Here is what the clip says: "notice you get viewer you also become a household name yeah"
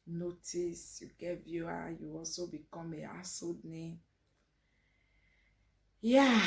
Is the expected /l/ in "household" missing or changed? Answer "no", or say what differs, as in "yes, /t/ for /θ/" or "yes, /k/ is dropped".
yes, /l/ is dropped